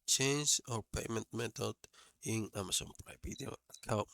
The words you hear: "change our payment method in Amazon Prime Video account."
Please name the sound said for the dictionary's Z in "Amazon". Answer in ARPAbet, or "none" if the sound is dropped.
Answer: S